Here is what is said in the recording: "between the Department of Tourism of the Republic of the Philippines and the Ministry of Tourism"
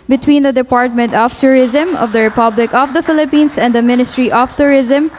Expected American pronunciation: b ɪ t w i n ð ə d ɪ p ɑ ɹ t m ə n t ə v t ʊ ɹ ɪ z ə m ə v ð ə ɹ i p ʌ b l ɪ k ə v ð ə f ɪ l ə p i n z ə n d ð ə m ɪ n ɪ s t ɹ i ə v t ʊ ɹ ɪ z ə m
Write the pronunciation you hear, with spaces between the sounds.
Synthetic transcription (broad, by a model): b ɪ t w i n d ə d ɪ p ɑ ɹ t m ə n t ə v t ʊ ɹ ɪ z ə m ə v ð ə ɹ i p ʌ b l ɪ k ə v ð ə f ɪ l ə p i n s ə n d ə m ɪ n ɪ s t ɹ i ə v t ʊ ɹ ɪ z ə m